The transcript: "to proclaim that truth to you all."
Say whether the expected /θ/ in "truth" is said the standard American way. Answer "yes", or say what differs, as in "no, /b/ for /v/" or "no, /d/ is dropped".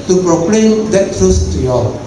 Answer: no, /s/ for /θ/